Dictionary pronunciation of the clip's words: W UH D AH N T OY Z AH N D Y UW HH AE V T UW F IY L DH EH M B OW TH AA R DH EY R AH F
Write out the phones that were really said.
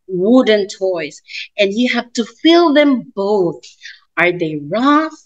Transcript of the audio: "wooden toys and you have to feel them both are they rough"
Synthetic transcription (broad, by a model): W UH D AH N T OY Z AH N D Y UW HH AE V T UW F IY L DH EH M B OW TH AA R DH EY R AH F